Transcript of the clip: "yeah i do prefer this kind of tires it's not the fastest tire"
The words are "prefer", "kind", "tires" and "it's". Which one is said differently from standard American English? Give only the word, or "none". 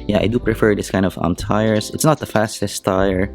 tires